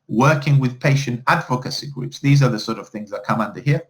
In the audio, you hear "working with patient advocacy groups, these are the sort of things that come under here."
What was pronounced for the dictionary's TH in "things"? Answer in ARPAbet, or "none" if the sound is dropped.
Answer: TH